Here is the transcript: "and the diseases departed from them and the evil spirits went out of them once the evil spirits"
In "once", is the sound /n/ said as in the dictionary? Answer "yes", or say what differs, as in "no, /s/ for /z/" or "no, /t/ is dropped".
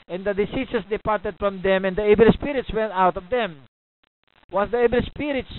no, /n/ is dropped